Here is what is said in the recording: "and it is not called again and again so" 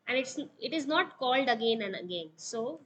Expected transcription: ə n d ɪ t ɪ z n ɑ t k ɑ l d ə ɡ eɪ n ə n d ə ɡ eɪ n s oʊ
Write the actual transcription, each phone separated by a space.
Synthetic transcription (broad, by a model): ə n d ɪ t ɪ z n ɑ t k ɑ l d ə ɡ eɪ n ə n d ə ɡ eɪ n s oʊ